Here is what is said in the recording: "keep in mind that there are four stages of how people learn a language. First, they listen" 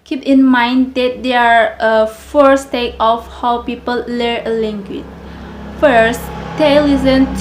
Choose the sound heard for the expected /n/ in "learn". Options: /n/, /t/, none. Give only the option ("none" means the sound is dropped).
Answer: none